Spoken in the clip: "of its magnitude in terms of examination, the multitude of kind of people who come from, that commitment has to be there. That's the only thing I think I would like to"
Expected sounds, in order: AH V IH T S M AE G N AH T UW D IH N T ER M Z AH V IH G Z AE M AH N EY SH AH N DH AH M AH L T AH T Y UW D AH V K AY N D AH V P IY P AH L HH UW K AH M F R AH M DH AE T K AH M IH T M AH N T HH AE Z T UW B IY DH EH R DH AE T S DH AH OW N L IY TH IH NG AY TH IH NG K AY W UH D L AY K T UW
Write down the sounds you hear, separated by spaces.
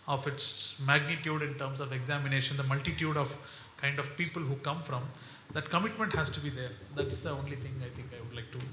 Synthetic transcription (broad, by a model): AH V IH T S M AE G N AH T UW D IH N T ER M S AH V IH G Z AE M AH N EY SH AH N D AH M AH L T AH T Y UW D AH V K AY N D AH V P IY P AH L HH UW K AH M F R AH M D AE T K AH M IH T M AH N T HH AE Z T UW B IY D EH R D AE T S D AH OW N L IY T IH NG AY T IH NG K AY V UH D L AY K T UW